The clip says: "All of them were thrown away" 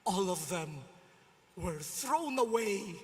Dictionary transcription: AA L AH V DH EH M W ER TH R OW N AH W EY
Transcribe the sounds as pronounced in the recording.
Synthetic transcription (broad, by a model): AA L AH V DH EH M W ER TH R OW N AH W EY